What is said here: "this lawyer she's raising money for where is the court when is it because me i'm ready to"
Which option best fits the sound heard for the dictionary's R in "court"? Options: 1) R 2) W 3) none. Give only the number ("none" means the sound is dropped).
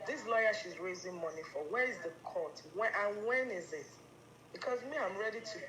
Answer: 2